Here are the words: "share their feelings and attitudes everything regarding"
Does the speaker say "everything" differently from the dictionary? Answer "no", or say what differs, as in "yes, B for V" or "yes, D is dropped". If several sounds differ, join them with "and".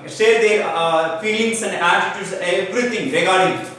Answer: yes, B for V and T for TH